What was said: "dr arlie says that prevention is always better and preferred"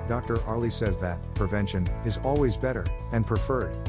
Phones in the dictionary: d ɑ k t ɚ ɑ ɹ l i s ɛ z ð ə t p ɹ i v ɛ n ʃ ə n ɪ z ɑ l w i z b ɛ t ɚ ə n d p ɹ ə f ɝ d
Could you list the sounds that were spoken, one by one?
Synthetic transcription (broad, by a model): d ɑ k t ɚ ɑ ɹ l i s ɛ z ð ə t p ɹ i v ɛ n ʃ ə n ɪ z ɑ l w i z b ɛ t ɚ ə n p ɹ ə f ɝ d